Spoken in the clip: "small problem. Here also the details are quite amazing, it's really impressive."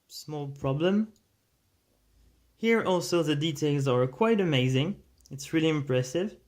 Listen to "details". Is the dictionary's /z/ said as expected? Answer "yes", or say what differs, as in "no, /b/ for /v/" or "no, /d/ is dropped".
yes